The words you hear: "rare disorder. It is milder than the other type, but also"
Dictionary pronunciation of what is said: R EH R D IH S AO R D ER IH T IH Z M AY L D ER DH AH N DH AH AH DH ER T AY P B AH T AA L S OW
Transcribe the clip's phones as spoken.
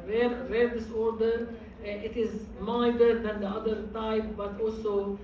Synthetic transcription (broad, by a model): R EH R D IH S AO R D ER IH T IH Z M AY D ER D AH N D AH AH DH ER T AY P B AH T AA L S OW